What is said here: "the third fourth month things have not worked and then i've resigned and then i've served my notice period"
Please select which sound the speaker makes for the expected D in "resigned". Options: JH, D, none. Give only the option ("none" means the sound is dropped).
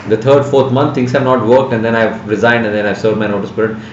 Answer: D